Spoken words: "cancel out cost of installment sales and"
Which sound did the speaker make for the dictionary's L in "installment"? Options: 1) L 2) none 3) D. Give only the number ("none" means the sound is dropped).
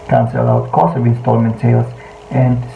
1